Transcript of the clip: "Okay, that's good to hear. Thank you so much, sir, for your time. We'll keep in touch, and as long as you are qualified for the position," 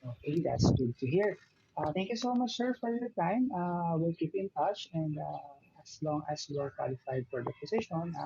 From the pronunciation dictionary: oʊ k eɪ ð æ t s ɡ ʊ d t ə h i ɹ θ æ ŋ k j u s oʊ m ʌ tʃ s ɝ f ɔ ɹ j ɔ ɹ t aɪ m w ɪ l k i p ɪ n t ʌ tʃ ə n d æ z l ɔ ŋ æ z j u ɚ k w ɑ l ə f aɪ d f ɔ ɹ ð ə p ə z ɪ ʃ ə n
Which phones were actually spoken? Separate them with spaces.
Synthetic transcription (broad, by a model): oʊ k eɪ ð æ t s ɡ ʊ d t ə h i ɹ t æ ŋ k j u s oʊ m ʌ tʃ s ɝ f ɔ ɹ j ɔ ɹ t aɪ m w ɪ l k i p ɪ n t ʌ tʃ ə n d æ s l ɔ ŋ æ s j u ɚ k w ɑ l ə f aɪ d f ɔ ɹ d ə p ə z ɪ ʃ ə n